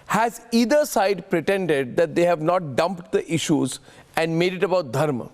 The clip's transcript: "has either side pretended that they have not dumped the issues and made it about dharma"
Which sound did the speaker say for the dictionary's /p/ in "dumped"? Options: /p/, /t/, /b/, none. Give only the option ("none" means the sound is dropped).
/p/